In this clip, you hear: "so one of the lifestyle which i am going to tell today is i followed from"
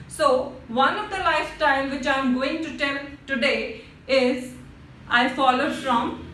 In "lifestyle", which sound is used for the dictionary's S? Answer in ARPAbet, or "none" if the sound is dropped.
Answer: none